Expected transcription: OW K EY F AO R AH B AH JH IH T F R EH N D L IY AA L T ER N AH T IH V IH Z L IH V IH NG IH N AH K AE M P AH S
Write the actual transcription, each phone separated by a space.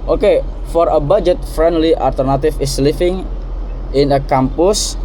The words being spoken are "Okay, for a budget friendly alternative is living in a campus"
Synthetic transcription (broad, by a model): OW K EY F AO R AH B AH JH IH T F R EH N D L IY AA L T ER N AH T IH F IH S L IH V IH NG IH N AH K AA M P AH S